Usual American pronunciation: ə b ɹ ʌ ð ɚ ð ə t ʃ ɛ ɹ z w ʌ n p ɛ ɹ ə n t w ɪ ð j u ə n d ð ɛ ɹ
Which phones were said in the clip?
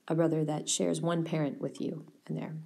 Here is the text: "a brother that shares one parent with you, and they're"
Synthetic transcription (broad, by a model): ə b ɹ ʌ ð ɚ ð ə t ʃ ɛ ɹ z w ʌ n p ɛ ɹ ə n t w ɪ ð j u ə n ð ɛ ɹ